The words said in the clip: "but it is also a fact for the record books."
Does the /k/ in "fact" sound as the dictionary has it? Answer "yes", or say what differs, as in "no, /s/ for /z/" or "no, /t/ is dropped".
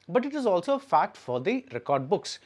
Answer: no, /k/ is dropped